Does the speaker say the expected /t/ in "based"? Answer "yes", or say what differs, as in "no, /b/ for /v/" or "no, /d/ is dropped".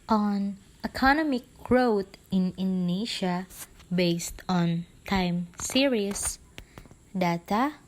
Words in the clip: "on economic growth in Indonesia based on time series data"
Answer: yes